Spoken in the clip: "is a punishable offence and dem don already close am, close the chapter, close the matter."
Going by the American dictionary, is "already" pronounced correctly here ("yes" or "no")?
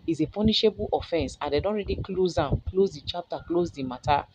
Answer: yes